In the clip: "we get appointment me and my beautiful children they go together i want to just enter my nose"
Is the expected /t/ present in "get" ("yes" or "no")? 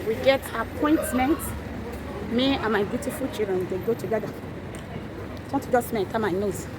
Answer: yes